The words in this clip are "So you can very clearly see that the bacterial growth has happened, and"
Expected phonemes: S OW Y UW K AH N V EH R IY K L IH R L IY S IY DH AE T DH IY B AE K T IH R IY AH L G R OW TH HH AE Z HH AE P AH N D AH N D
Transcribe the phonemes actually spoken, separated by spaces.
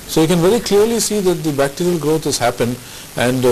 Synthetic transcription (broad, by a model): S OW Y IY K AH N V EH R IY K L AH R L IY S IY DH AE T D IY B AE K T IH R IY AH L G R OW T HH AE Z HH AE P AH N D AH N D